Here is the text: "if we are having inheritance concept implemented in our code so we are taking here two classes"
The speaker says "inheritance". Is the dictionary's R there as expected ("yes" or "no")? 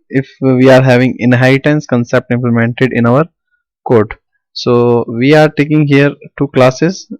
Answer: no